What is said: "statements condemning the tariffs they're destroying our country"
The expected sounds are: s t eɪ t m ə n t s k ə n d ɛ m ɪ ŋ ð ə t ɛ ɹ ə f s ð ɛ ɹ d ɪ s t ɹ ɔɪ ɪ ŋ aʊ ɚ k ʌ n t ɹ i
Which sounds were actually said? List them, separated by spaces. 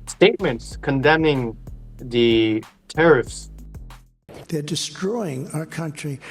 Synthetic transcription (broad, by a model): s t eɪ t m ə n t s k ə n d ɛ m ɪ ŋ ð ə t ɛ ɹ ə f s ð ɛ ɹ d ɪ s t ɹ ɔɪ ɪ ŋ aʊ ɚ k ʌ n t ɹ i